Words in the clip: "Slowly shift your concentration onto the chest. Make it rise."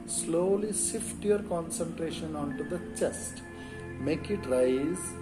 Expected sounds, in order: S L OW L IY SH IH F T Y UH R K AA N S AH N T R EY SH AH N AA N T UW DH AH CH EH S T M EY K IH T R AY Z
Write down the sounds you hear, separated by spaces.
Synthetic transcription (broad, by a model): S L OW L IY S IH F T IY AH R K AA N S AH N T R EY SH AH N AA N T UW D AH CH EH S T M EY K IH T R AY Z